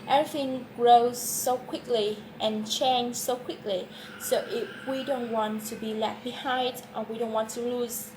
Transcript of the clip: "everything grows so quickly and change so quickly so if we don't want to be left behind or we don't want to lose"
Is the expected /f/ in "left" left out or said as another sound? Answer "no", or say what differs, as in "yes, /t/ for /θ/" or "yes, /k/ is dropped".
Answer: yes, /f/ is dropped